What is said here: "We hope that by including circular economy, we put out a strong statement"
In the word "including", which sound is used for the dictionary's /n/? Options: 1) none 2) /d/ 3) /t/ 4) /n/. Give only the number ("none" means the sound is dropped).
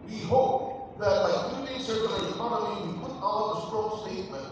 1